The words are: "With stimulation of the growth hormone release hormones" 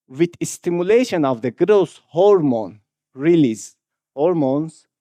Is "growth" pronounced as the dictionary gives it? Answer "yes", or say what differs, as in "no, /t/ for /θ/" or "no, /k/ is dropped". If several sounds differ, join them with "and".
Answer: no, /s/ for /θ/